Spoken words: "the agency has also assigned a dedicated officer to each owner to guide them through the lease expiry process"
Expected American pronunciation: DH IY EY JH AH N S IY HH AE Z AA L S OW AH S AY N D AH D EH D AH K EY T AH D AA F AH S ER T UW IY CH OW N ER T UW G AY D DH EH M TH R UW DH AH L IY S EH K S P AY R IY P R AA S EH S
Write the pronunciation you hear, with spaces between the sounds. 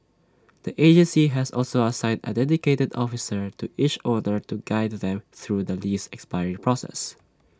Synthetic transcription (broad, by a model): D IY EY JH AH N S IY HH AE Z AA L S OW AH S AY N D AH D EH D AH K EY T AH D AA F AH S ER T UW IY CH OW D ER T UW G AY D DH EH M TH R UW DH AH L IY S EH K S P AY R IY P R AA S EH S